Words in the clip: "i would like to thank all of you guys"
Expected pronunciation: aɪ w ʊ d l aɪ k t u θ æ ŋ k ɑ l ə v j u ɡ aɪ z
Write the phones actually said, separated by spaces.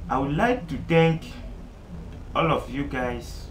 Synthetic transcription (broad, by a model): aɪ w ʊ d l aɪ k t u t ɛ k ɑ l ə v j u ɡ aɪ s